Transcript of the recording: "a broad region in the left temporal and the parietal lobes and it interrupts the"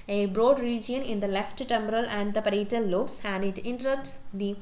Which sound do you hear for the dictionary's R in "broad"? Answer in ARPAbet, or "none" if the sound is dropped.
R